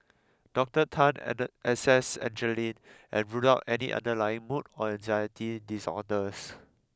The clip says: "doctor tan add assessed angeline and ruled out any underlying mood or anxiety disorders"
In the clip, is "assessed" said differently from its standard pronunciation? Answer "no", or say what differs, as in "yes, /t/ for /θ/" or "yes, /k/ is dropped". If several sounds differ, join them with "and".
yes, /t/ is dropped